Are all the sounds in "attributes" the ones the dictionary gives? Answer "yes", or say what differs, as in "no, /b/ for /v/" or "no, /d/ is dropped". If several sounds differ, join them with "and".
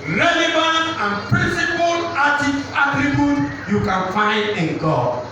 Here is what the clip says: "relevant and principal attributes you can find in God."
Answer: no, /s/ is dropped